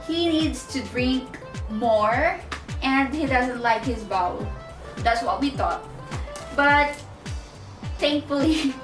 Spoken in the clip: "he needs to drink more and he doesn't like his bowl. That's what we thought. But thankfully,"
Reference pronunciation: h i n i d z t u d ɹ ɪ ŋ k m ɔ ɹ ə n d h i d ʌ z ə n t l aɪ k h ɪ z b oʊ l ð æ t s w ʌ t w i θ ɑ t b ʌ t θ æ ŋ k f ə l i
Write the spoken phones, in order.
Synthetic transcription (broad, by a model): h i n i d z t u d ɹ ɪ ŋ k m ɔ ɹ ə n d h i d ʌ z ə n t l aɪ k h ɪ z b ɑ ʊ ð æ t s w ʌ t w i t ɑ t b ʌ t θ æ ŋ k f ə l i